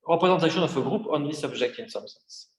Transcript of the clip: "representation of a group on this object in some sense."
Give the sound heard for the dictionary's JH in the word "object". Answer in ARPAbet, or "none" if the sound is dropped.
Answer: ZH